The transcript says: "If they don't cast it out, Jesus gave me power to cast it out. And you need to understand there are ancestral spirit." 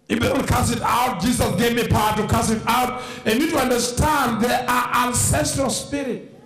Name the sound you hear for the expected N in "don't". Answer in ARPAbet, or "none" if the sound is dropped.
L